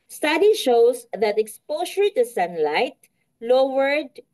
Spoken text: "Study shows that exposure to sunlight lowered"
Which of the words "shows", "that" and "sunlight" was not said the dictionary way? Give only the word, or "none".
shows